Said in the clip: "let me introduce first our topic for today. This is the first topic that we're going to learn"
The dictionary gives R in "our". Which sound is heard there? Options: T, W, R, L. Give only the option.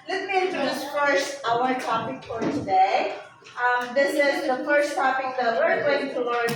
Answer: W